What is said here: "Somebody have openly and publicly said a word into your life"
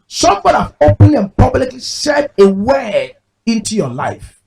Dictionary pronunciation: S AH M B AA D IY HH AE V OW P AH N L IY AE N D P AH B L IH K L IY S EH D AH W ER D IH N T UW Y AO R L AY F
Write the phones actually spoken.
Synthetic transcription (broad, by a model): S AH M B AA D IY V OW P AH N IY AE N P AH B L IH K L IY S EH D AH W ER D IH N T UW Y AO L AY F